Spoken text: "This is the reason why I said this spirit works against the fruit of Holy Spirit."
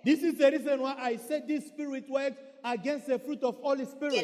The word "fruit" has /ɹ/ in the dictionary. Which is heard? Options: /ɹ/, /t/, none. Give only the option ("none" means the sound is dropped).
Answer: /ɹ/